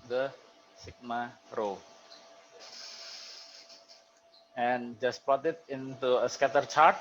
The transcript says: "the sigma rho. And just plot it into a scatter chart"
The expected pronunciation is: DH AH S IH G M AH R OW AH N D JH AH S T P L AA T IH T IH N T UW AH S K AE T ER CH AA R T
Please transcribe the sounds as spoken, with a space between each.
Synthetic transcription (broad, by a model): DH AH S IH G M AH R OW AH N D JH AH S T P AA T IH T IH N T UW AH S K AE T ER CH AA R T